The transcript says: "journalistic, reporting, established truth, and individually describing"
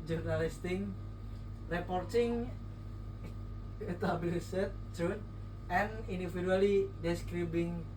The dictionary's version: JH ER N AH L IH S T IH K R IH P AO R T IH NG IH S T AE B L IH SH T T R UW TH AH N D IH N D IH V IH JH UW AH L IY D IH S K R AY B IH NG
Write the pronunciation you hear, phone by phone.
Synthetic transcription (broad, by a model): JH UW N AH L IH S T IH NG R IH P AO R T IH NG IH T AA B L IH S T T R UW T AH N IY N D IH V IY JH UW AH L IY D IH S K R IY B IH NG